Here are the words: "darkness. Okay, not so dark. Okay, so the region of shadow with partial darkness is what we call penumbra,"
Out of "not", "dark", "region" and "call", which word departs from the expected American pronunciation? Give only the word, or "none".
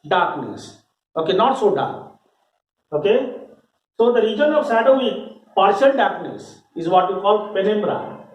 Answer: none